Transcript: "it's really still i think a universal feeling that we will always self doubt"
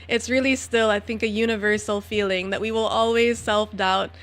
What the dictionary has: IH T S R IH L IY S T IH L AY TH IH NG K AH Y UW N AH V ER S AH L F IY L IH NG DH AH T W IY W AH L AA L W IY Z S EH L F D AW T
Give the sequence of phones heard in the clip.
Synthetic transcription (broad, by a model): IH T S R IH L IY S T IH L AY TH IH NG K AH Y UW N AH V ER S L F IY L IH NG DH AH T W IY W AH L AA L W IY Z S EH L F D AW T